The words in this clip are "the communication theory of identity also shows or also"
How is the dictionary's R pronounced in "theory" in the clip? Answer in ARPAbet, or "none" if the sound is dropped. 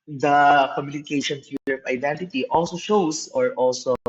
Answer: L